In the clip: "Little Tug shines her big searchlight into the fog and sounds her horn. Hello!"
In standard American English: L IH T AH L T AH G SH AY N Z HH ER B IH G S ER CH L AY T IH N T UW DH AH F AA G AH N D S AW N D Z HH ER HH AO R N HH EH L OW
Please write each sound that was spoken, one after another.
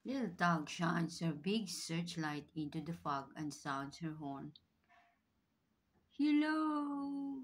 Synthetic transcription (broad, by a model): L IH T L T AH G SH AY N S HH ER B IH G S ER CH L AY T IH N T UW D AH F AA G AH N D S AW N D S HH ER HH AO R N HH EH L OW